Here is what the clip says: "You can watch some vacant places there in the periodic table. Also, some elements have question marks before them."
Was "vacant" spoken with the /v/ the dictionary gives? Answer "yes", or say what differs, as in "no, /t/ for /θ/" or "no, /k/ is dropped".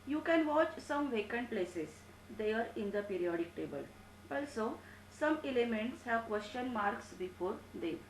yes